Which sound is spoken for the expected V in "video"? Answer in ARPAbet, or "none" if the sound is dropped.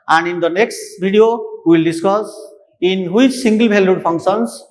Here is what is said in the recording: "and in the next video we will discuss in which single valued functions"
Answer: B